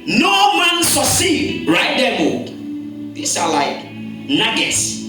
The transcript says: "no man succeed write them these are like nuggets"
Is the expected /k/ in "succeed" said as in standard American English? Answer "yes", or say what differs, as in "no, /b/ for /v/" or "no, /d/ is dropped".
no, /k/ is dropped